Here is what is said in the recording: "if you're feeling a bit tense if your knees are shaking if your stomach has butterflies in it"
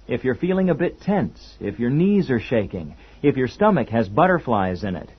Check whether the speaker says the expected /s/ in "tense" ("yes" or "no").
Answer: yes